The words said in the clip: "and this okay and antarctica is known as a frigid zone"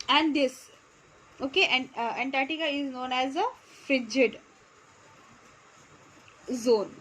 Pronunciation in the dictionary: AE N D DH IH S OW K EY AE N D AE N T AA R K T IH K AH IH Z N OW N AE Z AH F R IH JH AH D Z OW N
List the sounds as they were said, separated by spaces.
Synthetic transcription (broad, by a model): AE N D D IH S OW K EY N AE N T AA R T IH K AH IH Z N OW N AE Z AH F R IH JH AH D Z OW N